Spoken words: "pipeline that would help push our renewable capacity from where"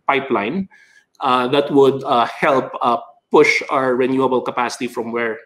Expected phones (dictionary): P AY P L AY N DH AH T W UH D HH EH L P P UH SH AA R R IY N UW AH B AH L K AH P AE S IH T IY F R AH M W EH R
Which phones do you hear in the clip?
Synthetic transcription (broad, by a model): P AY P L AY N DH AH T W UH D HH EH L P P UH SH AA R R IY N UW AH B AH L K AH P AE S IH T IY F R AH M W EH R